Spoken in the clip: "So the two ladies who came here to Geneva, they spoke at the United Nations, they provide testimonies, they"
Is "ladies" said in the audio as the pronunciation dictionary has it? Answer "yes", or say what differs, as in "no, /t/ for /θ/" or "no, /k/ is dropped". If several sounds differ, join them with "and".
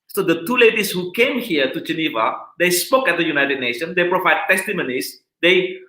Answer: no, /s/ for /z/